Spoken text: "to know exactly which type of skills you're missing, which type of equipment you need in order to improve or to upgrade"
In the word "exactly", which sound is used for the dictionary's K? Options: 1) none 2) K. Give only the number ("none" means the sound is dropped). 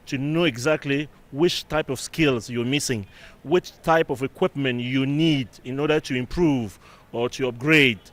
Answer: 2